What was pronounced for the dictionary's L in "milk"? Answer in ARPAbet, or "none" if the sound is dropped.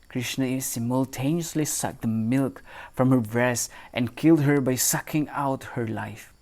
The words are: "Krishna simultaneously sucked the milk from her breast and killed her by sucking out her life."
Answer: L